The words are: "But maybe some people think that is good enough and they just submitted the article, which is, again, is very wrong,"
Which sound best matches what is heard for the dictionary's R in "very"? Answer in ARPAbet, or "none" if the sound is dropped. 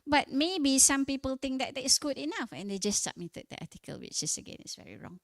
R